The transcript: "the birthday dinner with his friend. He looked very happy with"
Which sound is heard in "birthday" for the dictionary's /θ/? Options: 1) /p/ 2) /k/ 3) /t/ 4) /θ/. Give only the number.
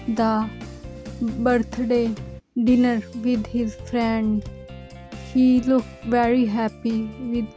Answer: 3